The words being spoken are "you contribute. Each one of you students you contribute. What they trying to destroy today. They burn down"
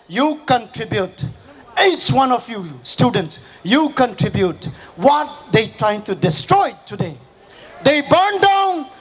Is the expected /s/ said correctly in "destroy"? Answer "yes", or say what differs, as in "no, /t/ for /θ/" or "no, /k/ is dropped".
yes